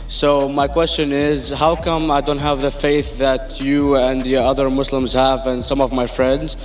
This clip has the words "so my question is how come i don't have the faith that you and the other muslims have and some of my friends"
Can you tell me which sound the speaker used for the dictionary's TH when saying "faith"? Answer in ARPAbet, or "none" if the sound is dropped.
TH